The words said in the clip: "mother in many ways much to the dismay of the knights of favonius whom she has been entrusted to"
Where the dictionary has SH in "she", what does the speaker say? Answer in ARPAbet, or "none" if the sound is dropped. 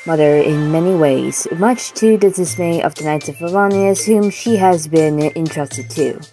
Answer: SH